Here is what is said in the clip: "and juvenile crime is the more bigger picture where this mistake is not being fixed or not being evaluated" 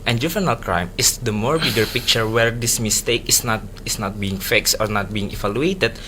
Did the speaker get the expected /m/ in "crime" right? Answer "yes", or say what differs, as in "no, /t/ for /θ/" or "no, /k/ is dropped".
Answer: yes